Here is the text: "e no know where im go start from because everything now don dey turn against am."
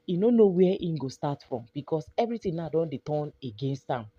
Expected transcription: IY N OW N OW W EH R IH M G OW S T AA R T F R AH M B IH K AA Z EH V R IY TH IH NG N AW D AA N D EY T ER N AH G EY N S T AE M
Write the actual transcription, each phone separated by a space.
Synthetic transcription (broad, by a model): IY N OW N OW W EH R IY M G OW S T AA T F R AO M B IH K AA S EH V R IY T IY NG N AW D AA N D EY T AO N AH G EY N S T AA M